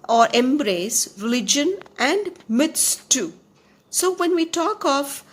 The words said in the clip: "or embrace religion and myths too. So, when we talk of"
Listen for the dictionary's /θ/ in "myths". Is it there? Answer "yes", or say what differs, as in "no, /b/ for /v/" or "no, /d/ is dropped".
no, /t/ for /θ/